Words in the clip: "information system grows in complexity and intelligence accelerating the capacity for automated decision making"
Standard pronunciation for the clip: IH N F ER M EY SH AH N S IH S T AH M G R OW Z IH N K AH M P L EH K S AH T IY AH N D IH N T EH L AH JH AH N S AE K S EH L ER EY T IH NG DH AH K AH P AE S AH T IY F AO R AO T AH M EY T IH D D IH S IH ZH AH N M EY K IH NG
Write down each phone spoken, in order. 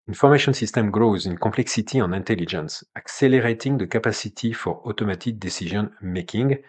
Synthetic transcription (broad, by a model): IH N F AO M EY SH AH N S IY S T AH M G R OW Z IH N K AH P L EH K S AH T IY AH N IH N T EH L AH JH AH N S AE K S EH L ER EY T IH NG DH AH K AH P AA S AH T IY F AO R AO T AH M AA T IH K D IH S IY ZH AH N M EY K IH NG